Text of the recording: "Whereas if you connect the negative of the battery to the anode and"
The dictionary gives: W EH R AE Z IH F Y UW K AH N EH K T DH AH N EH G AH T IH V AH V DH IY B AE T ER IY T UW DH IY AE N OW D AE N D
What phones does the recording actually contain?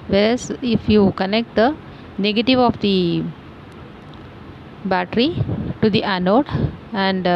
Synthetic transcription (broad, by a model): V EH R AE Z IH F Y UW K AH N EH K T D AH N EH G AH T IH V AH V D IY B AE T ER IY T UW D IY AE N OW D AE N D